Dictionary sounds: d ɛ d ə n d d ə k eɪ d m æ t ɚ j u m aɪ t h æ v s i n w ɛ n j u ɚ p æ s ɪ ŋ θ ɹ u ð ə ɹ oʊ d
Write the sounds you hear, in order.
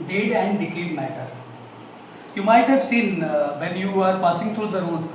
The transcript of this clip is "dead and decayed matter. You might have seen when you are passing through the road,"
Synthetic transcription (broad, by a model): d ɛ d ə n d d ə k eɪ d m æ t ɚ j u m aɪ t h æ v s i n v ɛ n j u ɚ p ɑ s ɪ ŋ t ɹ u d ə ɹ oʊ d